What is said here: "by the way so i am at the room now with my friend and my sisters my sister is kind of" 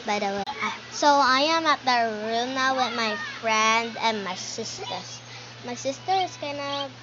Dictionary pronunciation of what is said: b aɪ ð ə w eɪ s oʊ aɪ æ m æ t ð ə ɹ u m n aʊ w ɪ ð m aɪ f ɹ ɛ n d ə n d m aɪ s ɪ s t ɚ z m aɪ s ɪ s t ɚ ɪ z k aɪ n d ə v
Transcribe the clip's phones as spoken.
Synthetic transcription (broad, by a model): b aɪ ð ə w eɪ s oʊ aɪ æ m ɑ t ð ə ɹ u m n aʊ w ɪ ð m aɪ f ɹ ɛ n d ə n m aɪ s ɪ s t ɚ s m aɪ s ɪ s t ɚ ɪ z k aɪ n ə